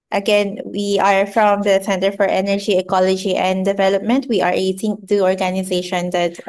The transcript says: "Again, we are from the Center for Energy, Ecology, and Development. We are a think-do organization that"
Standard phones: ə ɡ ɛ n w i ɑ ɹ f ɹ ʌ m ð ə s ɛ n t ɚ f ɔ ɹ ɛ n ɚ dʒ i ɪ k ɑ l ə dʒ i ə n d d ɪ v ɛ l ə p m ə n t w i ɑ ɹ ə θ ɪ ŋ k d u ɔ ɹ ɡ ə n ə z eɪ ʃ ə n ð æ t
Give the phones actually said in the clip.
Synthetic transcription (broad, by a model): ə ɡ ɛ n w i ɑ ɹ f ɹ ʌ m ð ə s ɛ n t ɚ f ɔ ɹ ɛ n ɚ dʒ i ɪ k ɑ l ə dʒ i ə n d d ɪ v ɛ l ə p m ə n t w i ɑ ɹ ə t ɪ ŋ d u ɔ ɹ ɡ ə n ə z eɪ ʃ ə n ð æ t